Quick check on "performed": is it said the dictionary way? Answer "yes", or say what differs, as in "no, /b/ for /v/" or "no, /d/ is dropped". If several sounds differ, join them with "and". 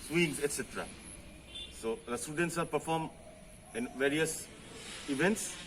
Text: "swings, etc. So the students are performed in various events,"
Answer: no, /d/ is dropped